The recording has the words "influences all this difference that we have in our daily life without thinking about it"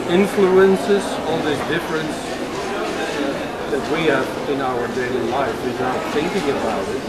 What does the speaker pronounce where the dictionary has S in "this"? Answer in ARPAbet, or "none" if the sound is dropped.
none